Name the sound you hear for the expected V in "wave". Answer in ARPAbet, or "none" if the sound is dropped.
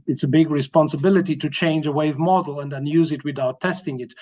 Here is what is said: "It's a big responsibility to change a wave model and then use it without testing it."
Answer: V